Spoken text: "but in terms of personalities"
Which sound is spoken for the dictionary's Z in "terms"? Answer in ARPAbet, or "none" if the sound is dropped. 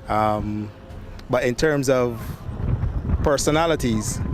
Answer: Z